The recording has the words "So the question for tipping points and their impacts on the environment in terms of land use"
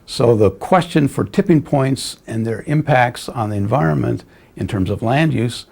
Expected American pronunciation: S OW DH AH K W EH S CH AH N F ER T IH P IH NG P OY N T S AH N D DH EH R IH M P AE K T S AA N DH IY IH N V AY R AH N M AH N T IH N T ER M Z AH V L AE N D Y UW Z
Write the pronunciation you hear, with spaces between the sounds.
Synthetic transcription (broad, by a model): S OW DH AH K W EH S CH AH N F ER T IH P IH NG P OY N T S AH N DH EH R IH M P AE K T S N DH IY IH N V AY R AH N M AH N T IH N T ER M Z AH V L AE N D Y UW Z